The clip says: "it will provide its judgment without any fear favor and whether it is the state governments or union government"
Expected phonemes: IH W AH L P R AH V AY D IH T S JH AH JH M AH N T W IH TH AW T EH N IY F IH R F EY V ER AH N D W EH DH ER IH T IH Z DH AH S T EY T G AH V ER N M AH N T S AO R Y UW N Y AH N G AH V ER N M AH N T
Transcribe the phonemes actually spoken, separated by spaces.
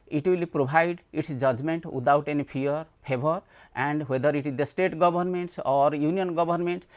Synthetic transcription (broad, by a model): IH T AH L P R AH B AY D IH T S JH AH JH M AH N T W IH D AW T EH N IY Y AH R P EY B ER AH N D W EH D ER IH T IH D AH S T EY T G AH B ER N M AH N T S AO R Y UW N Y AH N G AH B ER N M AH N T